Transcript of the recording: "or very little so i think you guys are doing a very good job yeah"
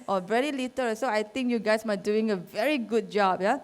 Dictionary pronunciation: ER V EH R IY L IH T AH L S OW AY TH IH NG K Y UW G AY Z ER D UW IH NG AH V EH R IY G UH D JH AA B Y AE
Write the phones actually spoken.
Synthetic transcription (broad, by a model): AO V EH R IY L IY T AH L S OW AY T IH NG K Y UW G AY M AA D UW IH NG AH V EH R IY G UH D JH AA B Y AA